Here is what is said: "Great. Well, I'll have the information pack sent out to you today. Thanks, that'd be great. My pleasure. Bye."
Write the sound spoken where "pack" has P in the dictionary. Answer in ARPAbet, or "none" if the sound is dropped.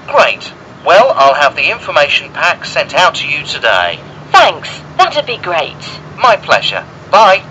P